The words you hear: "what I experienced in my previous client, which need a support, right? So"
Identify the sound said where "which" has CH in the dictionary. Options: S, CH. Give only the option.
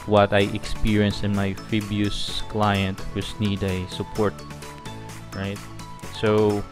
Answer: S